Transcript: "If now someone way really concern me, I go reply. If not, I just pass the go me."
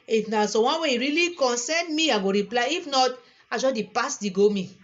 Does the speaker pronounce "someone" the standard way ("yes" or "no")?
no